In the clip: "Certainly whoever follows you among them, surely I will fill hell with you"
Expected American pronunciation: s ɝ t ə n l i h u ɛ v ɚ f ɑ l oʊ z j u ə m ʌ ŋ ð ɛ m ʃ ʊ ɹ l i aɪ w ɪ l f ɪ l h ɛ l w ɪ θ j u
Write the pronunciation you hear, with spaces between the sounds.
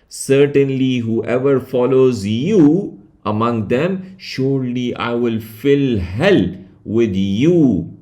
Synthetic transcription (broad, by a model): s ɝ t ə n l i h u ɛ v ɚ f ɑ l oʊ z j u ə m ʌ ŋ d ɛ m ʃ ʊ ɹ l i aɪ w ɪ l f ɪ l h ɛ l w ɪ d j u